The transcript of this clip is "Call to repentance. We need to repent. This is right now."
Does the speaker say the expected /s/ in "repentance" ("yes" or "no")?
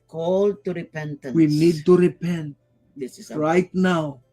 no